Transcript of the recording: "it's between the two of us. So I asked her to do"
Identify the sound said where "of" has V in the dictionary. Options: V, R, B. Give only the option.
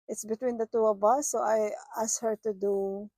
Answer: B